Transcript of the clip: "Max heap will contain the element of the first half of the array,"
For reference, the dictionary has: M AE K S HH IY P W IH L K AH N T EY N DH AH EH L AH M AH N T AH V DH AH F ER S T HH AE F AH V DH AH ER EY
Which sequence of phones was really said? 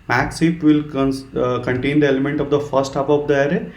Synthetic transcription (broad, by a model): M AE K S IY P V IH L K AH N T EY N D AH EH L AH M AH N T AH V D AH F ER S T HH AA P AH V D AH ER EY